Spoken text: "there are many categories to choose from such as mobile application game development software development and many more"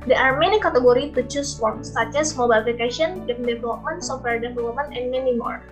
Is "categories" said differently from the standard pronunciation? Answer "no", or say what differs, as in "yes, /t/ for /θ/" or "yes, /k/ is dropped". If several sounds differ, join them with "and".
yes, /z/ is dropped